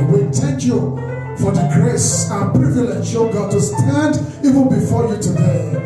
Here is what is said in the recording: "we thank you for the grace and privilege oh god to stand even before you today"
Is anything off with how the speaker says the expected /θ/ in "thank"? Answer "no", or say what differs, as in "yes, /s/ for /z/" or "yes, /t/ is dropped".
yes, /t/ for /θ/